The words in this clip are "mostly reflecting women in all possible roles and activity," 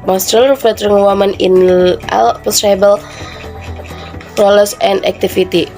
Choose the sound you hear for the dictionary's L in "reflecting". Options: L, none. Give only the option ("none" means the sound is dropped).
none